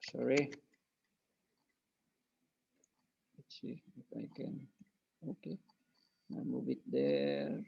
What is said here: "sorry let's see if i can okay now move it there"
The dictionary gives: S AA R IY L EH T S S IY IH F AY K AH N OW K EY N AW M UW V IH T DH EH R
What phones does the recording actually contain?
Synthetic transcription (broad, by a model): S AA R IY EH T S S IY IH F AY K AH N OW K EY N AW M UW B IH T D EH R